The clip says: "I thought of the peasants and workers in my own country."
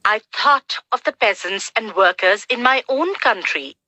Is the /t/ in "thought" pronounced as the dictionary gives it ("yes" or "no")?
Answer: yes